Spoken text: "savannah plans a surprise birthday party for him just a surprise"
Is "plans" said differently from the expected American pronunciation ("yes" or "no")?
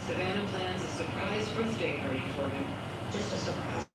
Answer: no